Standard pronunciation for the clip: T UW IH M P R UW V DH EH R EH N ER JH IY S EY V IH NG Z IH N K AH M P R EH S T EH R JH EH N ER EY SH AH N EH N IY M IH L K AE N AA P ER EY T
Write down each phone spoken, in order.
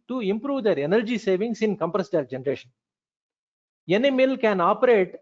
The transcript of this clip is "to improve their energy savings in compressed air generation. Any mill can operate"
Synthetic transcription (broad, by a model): T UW IH M P R UW V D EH R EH N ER JH IY S EY V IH NG S IH N K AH M P R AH S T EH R JH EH N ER EY SH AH N EH N IY M IH L K AE N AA P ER EY T